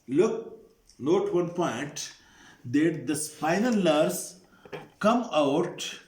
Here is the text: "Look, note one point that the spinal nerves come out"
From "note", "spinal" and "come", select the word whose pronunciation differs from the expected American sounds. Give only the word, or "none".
spinal